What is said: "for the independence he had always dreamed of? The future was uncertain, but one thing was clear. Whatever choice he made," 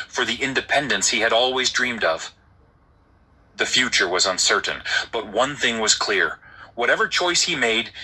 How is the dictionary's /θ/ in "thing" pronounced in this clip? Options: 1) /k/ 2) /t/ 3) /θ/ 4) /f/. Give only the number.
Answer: 3